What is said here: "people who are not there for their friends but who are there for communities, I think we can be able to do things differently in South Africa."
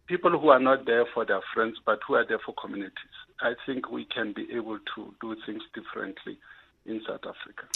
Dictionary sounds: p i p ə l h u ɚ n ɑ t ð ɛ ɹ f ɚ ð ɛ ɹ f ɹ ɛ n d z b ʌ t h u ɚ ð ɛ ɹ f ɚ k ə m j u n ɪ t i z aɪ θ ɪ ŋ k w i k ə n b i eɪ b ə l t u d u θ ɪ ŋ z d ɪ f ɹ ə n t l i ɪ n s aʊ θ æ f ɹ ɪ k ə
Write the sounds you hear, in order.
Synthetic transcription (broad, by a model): p i p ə l h u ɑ n ɑ t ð ɛ f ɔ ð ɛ f ɹ ɛ n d s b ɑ t h u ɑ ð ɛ f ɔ k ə m j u n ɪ t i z aɪ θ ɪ ŋ k w i k ə n b i eɪ b ə l t u d u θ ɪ ŋ s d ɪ f ɹ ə n t l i ɪ n s aʊ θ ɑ f ɹ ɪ k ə